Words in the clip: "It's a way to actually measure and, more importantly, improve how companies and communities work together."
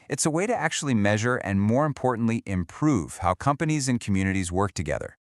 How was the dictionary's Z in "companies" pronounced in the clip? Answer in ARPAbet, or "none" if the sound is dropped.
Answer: Z